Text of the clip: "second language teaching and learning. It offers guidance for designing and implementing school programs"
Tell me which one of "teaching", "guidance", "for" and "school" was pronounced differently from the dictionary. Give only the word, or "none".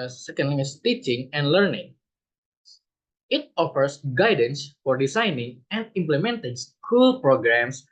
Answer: none